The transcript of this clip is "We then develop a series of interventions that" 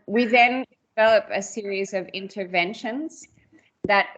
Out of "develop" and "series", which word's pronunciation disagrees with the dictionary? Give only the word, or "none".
none